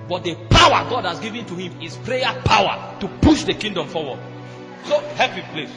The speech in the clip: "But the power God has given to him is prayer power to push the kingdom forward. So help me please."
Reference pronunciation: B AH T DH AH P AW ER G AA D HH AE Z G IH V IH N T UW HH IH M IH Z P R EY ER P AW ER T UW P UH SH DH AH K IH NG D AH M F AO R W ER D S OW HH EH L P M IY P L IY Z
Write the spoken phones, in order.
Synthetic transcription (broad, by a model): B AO T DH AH P AW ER G AA D HH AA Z G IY V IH N T UW HH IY M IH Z P R EY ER P AW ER T UW P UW SH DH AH K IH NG D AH M F AO W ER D S OW HH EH P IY P L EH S